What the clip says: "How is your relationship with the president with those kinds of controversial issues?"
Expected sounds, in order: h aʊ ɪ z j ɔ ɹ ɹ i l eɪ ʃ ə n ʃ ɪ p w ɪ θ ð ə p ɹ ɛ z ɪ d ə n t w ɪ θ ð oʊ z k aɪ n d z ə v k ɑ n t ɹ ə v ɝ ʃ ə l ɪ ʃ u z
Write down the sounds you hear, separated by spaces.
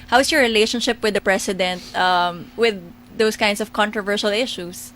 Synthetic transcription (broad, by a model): h aʊ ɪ s j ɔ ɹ ɹ i l eɪ ʃ ə n ʃ ɪ p w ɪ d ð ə p ɹ ɛ s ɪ d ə n t w ɪ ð oʊ s k aɪ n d s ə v k ɑ n t ɹ ə v ɝ ʃ ə l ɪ ʃ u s